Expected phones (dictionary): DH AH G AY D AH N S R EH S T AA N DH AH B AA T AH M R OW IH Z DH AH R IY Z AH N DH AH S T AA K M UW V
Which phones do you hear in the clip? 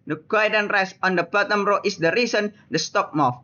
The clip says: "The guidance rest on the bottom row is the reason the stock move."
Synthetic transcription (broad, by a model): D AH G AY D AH N R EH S AA N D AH B AA T AH M R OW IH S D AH R IY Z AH N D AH S T AA K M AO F